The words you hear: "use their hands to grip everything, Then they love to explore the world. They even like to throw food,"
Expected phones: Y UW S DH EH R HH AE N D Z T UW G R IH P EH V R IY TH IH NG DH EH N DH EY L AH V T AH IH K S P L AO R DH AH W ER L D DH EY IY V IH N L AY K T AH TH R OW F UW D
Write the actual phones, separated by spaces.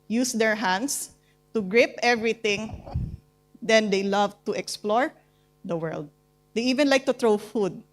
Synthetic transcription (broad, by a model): Y UW S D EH R HH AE N D S T UW G R IH P EH V R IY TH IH NG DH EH N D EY L AH V T AH IH K S P L AO R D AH W ER L D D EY IY V IH N L AY K T AH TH R OW F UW D